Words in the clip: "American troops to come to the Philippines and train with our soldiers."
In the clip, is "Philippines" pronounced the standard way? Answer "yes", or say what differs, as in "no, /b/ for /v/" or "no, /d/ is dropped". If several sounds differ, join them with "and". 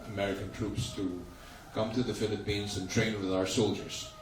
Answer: yes